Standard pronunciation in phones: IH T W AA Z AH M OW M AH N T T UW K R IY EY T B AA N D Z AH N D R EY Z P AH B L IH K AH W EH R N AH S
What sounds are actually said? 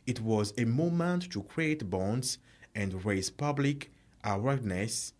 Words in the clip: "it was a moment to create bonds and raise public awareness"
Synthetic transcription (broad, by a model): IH T W AA Z AH M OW M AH N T T UW K R IY EY T B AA N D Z AH N D R EY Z P AH B L IH K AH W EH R N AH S